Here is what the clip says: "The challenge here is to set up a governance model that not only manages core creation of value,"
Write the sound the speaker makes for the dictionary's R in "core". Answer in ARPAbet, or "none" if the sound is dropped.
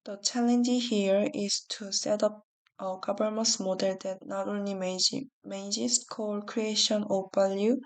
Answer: L